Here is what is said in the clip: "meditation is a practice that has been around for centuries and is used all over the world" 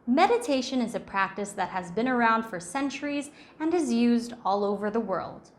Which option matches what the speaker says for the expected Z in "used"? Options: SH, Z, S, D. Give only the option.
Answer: Z